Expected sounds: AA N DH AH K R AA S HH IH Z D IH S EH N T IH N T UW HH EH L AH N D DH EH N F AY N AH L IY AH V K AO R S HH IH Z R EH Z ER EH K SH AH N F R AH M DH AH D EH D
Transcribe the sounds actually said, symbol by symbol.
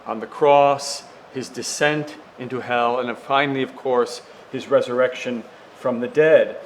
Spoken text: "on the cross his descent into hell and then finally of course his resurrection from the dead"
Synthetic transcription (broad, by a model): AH N DH AH K R AA S HH IH Z D IH S EH N T IH N T UW HH EH L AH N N F AY N L IY AH V K AO R S HH IH Z R EH Z ER EH K SH AH N F R AH M DH AH D EH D